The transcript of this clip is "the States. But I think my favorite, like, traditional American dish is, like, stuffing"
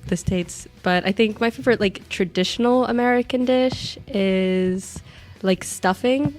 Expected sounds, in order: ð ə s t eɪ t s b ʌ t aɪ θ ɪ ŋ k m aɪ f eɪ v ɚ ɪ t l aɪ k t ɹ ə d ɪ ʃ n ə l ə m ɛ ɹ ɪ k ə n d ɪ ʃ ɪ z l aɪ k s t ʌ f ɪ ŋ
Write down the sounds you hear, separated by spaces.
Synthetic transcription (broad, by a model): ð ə s t eɪ t s b ʌ t aɪ θ ɪ ŋ k m aɪ f eɪ v ɚ ɪ t l aɪ k t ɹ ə d ɪ ʃ n l ə m ɛ ɹ ɪ k ə n d ɪ ʃ ɪ z l aɪ k s t ʌ f ɪ ŋ